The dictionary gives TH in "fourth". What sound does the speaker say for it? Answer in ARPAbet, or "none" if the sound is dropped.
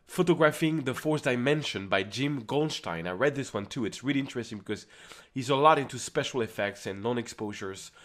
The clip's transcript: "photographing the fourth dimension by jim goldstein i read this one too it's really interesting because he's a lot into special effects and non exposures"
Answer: S